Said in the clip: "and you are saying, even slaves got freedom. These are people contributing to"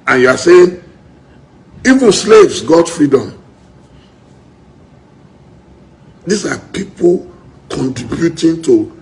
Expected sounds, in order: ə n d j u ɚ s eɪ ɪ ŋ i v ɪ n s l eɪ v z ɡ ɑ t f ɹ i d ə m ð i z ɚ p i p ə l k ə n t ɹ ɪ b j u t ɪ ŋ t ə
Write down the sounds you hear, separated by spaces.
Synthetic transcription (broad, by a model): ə n j u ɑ s eɪ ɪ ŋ i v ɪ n s l eɪ v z ɡ ɑ t f ɹ i d ə m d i s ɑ p i p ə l k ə n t ɹ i b j u t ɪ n t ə